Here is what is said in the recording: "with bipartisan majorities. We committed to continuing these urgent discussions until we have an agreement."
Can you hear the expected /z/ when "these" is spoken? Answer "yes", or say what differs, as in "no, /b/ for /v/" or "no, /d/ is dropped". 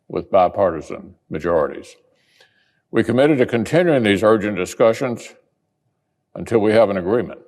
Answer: yes